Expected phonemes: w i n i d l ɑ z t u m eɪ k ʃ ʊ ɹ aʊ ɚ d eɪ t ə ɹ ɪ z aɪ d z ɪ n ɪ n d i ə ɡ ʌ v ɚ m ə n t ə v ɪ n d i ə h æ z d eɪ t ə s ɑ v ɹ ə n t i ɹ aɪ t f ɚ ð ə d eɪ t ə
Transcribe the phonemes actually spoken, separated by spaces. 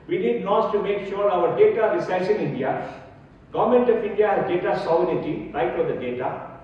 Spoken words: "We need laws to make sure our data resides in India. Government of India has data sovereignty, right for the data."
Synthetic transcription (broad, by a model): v i n i d n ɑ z t u m eɪ k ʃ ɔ ɹ aʊ ɚ d eɪ t ə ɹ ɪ s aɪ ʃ ɪ n ɪ n d i ə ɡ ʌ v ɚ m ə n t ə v ɪ n d i ə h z d eɪ t ə s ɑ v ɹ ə t i ɹ aɪ t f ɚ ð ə d eɪ t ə